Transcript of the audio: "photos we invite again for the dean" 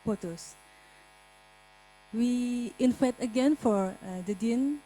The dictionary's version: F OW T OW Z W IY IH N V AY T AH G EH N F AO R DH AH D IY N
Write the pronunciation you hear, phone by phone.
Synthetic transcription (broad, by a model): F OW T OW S W IY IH N F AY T AH G EH N F AO R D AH D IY N